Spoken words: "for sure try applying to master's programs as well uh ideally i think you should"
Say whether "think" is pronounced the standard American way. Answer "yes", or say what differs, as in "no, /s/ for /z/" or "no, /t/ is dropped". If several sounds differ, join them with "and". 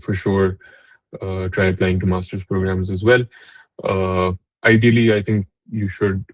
no, /t/ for /θ/